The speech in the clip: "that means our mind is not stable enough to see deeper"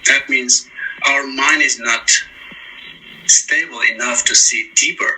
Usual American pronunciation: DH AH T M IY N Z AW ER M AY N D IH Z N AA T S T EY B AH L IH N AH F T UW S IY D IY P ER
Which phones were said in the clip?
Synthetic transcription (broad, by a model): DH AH T M IY N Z AW ER M AY N D IH Z N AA T S T EY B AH L IH N AH F T UW S IY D IY P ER